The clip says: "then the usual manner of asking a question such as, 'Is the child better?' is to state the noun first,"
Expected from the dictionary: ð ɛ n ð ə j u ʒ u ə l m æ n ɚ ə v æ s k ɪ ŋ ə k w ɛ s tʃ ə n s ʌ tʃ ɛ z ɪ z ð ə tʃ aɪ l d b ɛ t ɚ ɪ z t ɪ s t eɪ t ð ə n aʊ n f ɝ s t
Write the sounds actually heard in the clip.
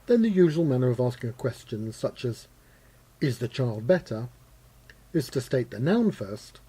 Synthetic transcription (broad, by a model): ð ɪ n ð ə j u ʒ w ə l m æ n ɚ ə v æ s k ɪ ŋ ə k w ɛ s tʃ ə n s ʌ tʃ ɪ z ɪ z ð ə tʃ aɪ l d b ɛ t ɚ ɪ z t ɪ s t eɪ t ð ə n aʊ n f ɝ s t